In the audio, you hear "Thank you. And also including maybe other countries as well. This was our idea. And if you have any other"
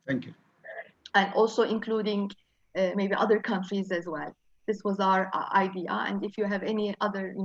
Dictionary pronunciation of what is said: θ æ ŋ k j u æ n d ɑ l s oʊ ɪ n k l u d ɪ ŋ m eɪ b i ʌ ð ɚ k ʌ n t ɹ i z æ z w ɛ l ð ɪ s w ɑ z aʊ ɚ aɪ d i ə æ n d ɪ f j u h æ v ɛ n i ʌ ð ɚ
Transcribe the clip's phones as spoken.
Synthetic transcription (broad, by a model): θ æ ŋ k j u æ n d ɑ l s oʊ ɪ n k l u d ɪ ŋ m eɪ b i ʌ ð ɚ k ʌ n t ɹ i z æ z w ɛ l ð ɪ s w ɑ z aʊ ɚ aɪ d i ə æ n d ɪ f j u h æ v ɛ n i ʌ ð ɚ